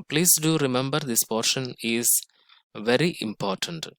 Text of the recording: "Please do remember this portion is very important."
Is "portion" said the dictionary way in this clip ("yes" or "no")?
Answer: yes